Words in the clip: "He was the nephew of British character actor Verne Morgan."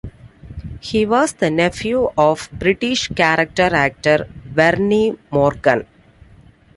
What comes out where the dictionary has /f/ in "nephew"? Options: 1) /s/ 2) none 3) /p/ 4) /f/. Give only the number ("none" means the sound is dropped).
4